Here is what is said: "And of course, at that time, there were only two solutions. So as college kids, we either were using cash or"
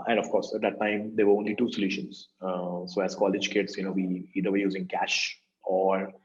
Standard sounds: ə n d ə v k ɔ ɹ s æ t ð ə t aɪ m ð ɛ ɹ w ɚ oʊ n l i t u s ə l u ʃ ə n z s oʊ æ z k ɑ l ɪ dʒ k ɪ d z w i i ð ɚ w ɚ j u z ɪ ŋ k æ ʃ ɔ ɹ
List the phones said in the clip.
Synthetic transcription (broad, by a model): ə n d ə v k ɔ ɹ s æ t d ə t aɪ m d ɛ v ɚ oʊ n l i t u s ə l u ʃ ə n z s oʊ æ z k ɑ l ɪ dʒ k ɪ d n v i i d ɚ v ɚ j u z ɪ ŋ k æ ʃ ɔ ɹ